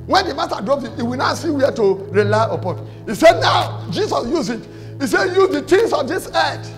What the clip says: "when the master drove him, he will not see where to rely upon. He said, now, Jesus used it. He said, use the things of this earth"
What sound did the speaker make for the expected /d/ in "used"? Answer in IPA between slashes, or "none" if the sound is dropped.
none